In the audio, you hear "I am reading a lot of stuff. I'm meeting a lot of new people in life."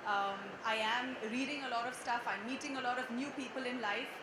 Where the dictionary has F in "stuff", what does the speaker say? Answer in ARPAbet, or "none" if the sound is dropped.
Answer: F